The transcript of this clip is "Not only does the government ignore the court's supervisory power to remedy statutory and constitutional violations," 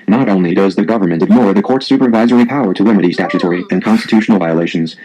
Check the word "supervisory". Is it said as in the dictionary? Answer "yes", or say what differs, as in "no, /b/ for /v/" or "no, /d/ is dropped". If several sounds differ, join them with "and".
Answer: yes